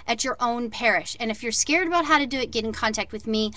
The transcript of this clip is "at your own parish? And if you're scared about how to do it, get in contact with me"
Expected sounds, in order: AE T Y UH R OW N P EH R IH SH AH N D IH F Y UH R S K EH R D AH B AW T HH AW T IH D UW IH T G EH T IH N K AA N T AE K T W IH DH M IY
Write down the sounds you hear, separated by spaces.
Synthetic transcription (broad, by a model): T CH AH R OW N P EH R IH SH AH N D IH F Y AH R S K EH R D AH B AW T HH AW T IH D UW IH T G EH T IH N K AA N T AE K T W IH DH M IY